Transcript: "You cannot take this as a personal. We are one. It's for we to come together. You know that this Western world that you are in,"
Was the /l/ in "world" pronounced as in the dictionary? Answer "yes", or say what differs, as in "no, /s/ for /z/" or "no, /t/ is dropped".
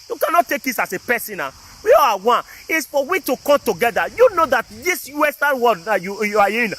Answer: no, /l/ is dropped